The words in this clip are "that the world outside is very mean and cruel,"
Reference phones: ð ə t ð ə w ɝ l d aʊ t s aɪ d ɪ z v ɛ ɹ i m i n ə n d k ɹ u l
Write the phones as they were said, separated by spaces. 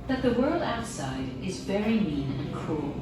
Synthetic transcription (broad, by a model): ð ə t ð ə w ɝ l d aʊ t s aɪ d ɪ z v ɛ ɹ i m i n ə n k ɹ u l